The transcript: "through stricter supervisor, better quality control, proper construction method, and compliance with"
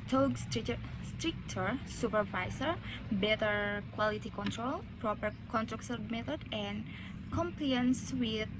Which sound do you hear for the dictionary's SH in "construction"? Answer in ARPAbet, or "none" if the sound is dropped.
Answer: S